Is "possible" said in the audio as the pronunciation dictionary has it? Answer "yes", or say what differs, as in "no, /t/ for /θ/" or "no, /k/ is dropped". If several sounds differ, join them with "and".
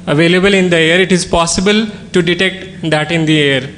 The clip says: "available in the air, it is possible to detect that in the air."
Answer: yes